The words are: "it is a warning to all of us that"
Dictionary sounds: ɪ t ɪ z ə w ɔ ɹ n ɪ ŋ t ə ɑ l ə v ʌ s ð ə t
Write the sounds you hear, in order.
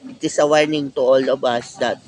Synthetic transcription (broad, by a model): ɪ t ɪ s ə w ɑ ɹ n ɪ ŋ t ə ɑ l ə b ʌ s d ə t